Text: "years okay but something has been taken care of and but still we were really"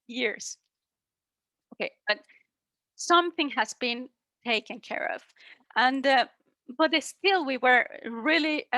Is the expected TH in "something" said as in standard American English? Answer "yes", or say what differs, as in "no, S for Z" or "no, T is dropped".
yes